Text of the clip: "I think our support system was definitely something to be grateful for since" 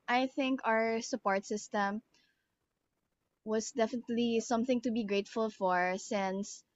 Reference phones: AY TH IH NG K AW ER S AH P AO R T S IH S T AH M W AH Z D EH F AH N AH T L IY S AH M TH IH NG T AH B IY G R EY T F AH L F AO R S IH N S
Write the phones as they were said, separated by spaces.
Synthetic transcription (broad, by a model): AY TH IH NG K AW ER S AH P AO R T S IH S T AH M W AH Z D EH F AH N AH T L IY S AH M TH IH NG T AH B IY G R EY T F AH L F AO R S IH N S